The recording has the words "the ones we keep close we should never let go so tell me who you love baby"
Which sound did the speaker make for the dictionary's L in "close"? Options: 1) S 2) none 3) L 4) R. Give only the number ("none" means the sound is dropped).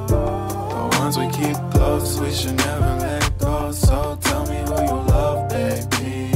2